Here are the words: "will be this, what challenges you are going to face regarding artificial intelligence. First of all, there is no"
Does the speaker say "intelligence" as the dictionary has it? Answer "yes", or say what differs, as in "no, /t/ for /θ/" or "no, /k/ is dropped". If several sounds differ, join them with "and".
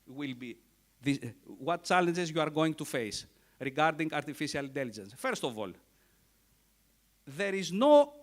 yes